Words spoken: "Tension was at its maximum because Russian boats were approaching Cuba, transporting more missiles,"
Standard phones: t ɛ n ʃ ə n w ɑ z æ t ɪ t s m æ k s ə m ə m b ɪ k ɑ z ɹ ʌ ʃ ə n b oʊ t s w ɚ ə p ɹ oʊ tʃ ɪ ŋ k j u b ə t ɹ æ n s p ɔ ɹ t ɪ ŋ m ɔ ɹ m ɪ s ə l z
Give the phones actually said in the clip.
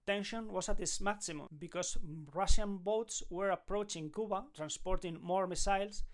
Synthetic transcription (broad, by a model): t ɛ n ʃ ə n w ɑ s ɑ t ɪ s m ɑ k s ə m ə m b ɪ k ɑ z ɹ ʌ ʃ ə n b oʊ t s w ɚ ə p ɹ oʊ tʃ ɪ ŋ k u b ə t ɹ æ n s p ɔ ɹ t ɪ ŋ m ɔ ɹ m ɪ s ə l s